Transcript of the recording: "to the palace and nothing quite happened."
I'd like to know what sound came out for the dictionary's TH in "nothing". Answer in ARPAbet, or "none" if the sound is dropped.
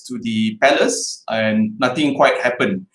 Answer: T